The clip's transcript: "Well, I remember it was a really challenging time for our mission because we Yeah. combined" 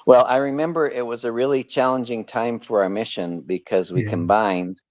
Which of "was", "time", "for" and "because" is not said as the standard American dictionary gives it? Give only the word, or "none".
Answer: none